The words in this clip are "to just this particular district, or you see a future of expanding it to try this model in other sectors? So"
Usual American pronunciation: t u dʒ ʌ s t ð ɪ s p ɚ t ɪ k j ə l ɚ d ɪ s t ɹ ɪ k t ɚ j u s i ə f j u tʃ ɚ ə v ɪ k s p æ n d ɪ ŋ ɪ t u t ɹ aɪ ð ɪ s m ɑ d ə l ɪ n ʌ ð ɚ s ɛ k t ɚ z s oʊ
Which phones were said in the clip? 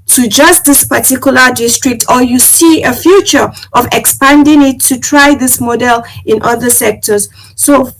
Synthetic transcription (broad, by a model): t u dʒ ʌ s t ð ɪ s p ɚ t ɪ k j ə l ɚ d ɪ s t ɹ ɪ k t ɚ j u s i ə f j u tʃ ɚ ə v ɪ k s p æ n d ɪ ŋ ɪ t u t ɹ aɪ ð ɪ s m ɑ d ə l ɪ n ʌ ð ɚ s ɛ k t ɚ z s oʊ